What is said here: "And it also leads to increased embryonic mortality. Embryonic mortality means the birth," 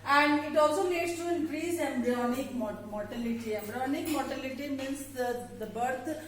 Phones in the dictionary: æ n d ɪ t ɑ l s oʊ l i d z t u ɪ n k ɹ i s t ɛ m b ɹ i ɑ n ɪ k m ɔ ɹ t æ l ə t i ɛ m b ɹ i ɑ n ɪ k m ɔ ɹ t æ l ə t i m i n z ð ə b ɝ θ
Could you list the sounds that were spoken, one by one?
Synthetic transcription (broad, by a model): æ n d ɪ t ɑ l s oʊ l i d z t u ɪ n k ɹ i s ɛ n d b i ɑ n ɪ k m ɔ ɹ t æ l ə t i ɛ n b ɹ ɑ n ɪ k m ɔ ɹ t æ l ə t i m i n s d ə b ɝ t